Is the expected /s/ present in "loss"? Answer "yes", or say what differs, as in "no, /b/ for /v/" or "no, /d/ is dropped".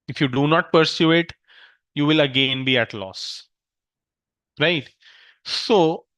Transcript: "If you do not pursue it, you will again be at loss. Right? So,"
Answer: yes